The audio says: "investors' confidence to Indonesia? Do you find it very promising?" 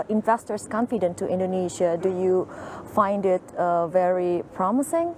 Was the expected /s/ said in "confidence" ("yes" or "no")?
no